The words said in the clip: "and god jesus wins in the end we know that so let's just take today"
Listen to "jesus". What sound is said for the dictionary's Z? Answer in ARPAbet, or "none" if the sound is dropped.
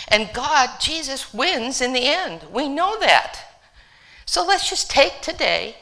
Z